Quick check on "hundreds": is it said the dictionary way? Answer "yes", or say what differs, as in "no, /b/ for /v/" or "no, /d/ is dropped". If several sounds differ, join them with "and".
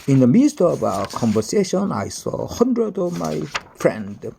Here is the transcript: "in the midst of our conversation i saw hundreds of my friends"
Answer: no, /z/ is dropped